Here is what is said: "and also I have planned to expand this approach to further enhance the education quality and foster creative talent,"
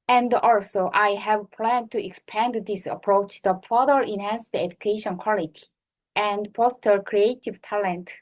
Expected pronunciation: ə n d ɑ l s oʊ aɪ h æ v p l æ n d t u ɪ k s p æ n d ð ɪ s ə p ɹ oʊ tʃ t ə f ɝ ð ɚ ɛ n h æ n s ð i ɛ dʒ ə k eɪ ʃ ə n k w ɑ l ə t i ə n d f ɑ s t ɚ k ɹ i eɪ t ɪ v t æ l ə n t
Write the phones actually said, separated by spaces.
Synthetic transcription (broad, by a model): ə n d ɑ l s oʊ aɪ h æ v p l æ n d t u ɪ k s p æ n d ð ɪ s ə p ɹ oʊ tʃ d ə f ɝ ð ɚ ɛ n h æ n s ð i ɛ dʒ ə k eɪ ʃ ə n k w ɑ l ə t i ə n d p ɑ s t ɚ k ɹ i eɪ t ɪ v t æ l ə n t